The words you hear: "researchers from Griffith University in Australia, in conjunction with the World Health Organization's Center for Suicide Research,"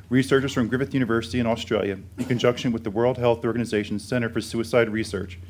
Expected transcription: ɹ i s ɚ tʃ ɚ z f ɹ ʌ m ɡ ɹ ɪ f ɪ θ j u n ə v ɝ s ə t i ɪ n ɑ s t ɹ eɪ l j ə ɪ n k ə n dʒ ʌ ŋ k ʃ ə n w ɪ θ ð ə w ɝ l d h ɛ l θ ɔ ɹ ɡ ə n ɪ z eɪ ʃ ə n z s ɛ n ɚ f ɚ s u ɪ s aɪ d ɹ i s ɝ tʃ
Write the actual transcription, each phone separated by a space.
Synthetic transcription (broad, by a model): ɹ i s ɚ tʃ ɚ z f ɹ ʌ m ɡ ɹ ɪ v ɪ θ j u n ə v ɝ s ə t i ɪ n ɑ s t ɹ eɪ l j ə ɪ n k ə n dʒ ʌ ŋ k ʃ ə n w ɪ ð ə w ɝ l d h ɛ l θ ɔ ɹ ɡ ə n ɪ z eɪ ʃ n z s ɛ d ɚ f ɚ s u ɪ s aɪ d ɹ i s ɝ tʃ